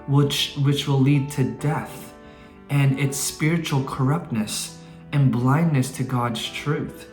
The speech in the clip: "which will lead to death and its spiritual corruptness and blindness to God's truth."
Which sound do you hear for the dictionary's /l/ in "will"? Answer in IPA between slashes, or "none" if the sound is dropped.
/w/